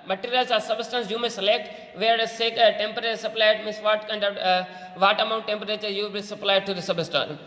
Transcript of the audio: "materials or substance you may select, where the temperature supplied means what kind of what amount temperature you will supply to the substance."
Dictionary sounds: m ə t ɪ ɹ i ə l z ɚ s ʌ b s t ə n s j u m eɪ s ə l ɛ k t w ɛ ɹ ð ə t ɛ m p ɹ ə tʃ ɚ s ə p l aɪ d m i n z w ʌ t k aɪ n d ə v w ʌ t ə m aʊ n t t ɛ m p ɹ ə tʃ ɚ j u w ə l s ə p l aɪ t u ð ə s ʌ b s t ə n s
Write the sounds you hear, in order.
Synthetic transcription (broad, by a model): m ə t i ɹ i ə l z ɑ s ʌ b s t ə n s j u m eɪ s ə l ɛ k t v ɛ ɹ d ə t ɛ m p ə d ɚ s ə p l aɪ d m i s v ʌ t k aɪ n d ə v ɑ t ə m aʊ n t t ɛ m p ɹ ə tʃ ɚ j u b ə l s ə p l aɪ t u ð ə s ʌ b s t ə n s